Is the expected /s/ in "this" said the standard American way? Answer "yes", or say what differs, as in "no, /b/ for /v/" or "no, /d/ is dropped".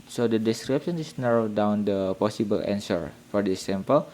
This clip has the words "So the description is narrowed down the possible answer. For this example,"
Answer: no, /s/ is dropped